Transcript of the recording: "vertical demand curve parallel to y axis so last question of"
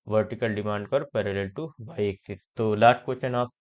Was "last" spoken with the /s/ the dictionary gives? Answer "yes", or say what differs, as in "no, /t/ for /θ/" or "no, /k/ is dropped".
no, /s/ is dropped